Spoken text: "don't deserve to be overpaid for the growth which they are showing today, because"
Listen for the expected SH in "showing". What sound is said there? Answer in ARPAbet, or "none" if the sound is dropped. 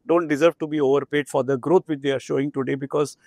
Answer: SH